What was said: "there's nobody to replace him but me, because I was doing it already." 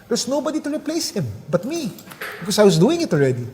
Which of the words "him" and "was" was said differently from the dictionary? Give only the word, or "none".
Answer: was